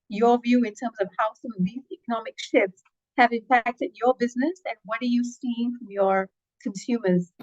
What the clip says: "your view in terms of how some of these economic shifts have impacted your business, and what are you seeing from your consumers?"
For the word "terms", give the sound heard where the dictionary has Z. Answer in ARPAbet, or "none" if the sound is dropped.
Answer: Z